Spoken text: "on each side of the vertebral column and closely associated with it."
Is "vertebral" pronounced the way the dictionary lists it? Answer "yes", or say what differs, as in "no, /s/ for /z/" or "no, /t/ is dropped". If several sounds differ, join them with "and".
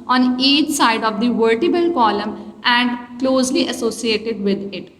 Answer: no, /ɹ/ is dropped